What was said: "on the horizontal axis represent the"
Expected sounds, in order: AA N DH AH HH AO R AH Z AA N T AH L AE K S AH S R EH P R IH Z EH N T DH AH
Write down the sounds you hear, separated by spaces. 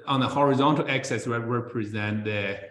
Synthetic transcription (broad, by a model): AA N DH AH HH AO R AH Z AA N T AH L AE K S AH S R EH P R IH Z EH N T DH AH